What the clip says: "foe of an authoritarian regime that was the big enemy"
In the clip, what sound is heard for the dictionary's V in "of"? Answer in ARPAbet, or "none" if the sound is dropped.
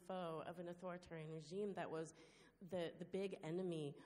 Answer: V